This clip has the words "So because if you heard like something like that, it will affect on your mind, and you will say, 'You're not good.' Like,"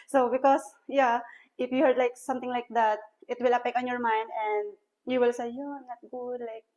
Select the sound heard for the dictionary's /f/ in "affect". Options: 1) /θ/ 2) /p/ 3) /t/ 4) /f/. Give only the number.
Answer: 2